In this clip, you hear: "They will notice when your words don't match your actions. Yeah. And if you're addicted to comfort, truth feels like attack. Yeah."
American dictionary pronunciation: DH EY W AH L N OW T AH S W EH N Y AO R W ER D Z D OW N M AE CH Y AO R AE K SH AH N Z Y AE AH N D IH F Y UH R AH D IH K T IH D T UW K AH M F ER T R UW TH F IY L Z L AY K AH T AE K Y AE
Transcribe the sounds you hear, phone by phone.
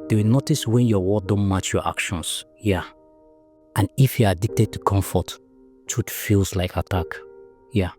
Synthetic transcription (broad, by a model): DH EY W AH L N OW T AH S W EH N Y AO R W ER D D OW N M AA CH Y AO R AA K SH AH N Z Y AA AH N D IH F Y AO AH D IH K T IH D T UW K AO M F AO T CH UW T F IY L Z L AY K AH T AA K Y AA